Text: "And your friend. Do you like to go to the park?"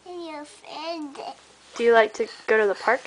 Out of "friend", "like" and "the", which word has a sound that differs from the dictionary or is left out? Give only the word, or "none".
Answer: friend